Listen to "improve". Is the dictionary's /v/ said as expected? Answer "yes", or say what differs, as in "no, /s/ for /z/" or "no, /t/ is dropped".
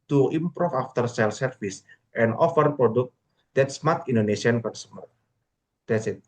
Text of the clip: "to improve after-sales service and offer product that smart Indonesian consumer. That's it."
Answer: no, /f/ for /v/